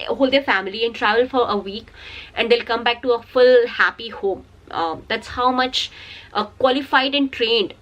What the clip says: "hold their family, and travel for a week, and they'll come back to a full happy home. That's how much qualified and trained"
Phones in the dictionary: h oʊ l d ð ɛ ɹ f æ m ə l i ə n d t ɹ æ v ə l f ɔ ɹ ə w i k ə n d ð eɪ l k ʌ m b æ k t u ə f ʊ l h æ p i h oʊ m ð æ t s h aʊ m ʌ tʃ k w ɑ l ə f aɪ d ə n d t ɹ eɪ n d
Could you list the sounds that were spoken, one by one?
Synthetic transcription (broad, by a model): h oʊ l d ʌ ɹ f æ m ə l i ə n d t ɹ æ v ə l f ɔ ɹ ə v i k ə n d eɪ l k ʌ m b æ k t u ə f ʊ l h æ p i h oʊ m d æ t s h aʊ m ʌ tʃ k w ɑ l ə f aɪ d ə n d t ɹ eɪ n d